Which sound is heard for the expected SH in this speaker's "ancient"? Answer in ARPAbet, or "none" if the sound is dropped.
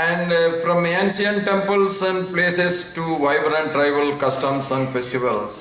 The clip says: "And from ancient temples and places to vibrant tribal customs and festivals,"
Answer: S